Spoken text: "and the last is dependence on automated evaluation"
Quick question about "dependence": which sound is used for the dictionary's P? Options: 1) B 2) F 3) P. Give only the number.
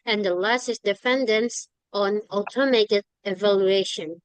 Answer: 2